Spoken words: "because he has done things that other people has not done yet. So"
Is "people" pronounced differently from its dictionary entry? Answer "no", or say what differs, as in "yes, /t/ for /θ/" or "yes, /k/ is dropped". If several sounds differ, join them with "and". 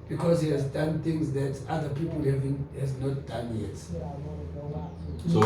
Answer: yes, /n/ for /l/